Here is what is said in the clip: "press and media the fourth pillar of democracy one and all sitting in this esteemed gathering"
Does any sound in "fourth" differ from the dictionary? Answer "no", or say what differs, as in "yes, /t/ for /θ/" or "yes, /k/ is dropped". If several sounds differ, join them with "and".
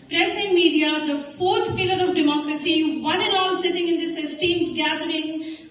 yes, /t/ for /θ/